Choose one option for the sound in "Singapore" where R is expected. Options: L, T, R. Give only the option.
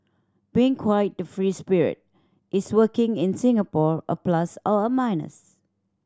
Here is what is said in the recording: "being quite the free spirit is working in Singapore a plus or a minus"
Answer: R